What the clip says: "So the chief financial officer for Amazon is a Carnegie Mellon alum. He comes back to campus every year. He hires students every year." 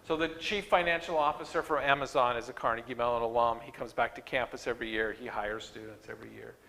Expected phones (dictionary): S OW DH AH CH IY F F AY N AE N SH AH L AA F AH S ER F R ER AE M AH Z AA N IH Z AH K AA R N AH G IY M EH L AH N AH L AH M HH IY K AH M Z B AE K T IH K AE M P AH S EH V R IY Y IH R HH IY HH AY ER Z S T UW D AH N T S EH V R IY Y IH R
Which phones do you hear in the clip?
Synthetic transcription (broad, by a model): S OW DH AH CH IY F F AY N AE N SH L AA F AH S ER F R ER AE M AH Z AA N IH Z AH K AA R N AH G IY M EH L AH N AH L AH M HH IY K AH M Z B AE K T IH K AE M P AH S EH V R IY Y IH R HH IY HH AY ER Z S T UW D N T S EH V R IY Y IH R